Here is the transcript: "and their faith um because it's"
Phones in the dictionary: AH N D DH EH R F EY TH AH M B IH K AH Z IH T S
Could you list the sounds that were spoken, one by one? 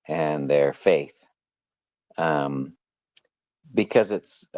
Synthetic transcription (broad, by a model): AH N DH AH R F EY TH AH M B IH K AH Z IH T S